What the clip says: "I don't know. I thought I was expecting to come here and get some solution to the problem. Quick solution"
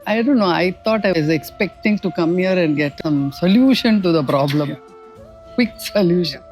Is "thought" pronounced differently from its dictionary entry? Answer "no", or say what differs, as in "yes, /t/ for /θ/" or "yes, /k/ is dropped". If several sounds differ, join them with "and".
yes, /t/ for /θ/